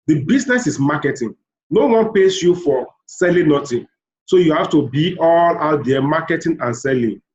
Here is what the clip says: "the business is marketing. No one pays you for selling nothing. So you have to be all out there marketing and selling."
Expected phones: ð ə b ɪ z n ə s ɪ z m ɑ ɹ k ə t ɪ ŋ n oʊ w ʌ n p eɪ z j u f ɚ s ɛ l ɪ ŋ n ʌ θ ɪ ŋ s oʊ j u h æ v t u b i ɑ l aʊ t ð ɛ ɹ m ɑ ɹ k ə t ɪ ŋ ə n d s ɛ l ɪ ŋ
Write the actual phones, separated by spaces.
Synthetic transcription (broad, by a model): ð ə b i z n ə s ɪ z m ɑ k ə t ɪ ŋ n oʊ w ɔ n p eɪ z j u f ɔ s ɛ l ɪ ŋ n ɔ t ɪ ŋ s oʊ j u h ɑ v t u b i ɑ l aʊ t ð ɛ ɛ m ɑ k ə t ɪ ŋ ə n s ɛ l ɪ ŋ